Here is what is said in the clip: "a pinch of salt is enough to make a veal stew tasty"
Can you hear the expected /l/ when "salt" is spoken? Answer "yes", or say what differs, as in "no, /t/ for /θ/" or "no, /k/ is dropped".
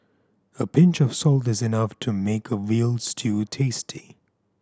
yes